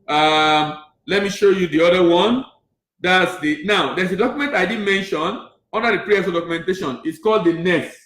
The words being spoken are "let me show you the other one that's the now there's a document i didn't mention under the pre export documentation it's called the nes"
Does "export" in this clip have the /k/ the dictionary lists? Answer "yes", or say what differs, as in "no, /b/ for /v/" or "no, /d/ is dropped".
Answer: no, /k/ is dropped